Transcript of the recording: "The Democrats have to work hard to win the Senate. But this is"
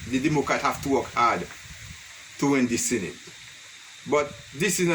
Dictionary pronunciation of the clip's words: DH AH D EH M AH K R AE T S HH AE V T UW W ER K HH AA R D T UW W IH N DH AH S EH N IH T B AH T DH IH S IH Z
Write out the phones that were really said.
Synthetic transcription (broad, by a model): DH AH D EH M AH K R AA T HH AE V T UW W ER K HH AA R D T UW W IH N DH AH S EH N IH T B AH T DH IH S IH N